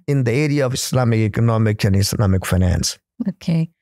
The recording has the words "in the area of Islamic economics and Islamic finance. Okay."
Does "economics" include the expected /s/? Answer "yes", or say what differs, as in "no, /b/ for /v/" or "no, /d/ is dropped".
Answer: no, /s/ is dropped